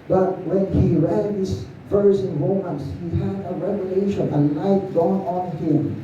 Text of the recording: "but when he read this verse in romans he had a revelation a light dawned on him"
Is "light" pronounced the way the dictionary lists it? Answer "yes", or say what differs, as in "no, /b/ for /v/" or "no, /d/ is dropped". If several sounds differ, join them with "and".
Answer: no, /n/ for /l/